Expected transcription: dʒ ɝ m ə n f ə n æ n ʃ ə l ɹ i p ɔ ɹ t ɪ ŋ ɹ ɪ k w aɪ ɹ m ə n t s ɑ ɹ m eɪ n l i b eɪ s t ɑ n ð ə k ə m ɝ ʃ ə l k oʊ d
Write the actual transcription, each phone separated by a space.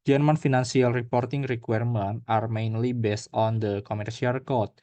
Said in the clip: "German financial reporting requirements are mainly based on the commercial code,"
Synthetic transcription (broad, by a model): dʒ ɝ m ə n f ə n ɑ n s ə l ɹ i p ɔ ɹ t ɪ ŋ ɹ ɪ k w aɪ ɹ m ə n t ɑ ɹ m eɪ n l i b eɪ s t ɑ n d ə k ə m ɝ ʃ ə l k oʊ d